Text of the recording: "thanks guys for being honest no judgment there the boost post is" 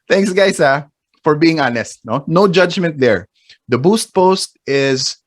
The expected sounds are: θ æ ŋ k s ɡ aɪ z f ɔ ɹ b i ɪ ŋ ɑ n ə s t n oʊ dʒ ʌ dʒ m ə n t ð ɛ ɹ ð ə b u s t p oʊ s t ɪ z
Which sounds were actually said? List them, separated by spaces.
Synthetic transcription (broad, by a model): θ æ ŋ k s ɡ aɪ s f ɔ ɹ b i ɪ ŋ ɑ n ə s t n oʊ dʒ ʌ dʒ m ə n t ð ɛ ɹ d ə b u s t p oʊ s t ɪ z